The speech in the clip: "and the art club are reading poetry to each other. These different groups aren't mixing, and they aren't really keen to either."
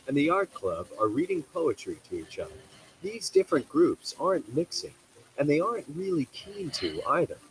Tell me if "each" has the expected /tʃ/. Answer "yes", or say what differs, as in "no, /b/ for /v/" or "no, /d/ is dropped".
yes